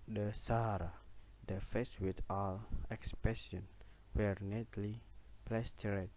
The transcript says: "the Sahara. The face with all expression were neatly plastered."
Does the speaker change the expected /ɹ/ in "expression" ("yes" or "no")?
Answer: yes